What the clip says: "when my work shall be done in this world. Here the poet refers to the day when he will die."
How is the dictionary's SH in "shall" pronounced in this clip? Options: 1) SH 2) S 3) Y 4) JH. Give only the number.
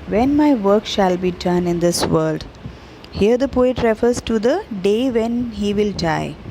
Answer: 1